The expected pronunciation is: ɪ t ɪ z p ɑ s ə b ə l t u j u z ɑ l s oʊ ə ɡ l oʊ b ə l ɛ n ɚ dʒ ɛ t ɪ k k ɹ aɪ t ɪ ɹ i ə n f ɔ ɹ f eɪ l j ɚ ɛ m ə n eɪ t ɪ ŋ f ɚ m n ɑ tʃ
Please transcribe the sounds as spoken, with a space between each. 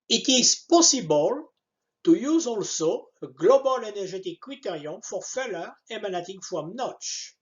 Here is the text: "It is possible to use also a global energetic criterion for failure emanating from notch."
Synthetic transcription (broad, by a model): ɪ t ɪ z p ɑ s ə b ə l t u j u z ɑ l s oʊ ə ɡ l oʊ b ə l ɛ n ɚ ʒ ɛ t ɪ k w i t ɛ ɹ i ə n f ɔ ɹ f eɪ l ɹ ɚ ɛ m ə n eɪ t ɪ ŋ f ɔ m n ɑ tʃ